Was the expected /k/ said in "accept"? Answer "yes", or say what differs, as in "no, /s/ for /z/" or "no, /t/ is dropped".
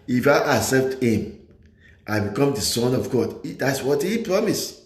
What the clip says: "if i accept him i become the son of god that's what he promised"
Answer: no, /k/ is dropped